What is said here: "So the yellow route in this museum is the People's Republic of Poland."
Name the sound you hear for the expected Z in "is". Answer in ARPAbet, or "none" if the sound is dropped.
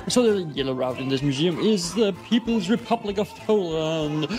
Z